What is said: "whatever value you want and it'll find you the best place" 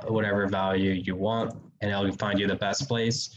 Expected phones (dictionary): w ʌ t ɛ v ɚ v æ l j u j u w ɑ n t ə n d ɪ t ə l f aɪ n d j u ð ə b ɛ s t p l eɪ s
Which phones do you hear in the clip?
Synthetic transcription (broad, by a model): w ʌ t ɛ v ɚ v æ l j u j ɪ w ɑ n t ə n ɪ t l f aɪ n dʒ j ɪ ð ə b ɛ s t p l eɪ s